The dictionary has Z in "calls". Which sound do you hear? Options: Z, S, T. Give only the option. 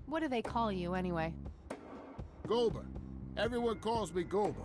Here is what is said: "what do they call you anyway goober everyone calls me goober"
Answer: Z